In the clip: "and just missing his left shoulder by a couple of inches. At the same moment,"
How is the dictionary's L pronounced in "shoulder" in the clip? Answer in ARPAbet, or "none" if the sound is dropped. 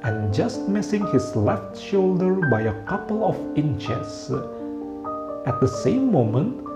L